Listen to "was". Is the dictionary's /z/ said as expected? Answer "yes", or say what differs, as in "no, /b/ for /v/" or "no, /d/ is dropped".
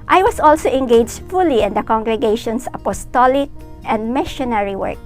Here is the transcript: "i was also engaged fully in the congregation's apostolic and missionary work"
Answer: no, /s/ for /z/